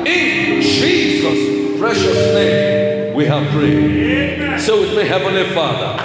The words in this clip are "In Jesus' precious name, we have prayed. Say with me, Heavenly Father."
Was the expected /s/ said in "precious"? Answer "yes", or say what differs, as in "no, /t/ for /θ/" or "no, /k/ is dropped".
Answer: yes